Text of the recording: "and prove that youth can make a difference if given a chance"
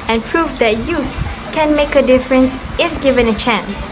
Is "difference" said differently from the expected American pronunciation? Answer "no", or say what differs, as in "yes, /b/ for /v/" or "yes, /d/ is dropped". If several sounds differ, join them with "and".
no